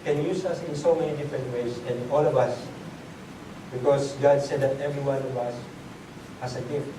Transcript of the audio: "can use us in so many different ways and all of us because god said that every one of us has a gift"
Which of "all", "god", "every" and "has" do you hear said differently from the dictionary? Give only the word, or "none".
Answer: has